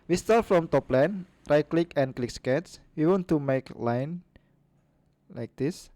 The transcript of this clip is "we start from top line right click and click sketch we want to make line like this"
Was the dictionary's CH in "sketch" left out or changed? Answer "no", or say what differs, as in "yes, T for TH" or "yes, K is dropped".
yes, S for CH